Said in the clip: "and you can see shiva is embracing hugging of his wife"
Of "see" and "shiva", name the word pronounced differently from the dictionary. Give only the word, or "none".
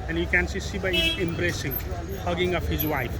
shiva